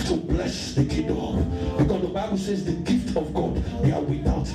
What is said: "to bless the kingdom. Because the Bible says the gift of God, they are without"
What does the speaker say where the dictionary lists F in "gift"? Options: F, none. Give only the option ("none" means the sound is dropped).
F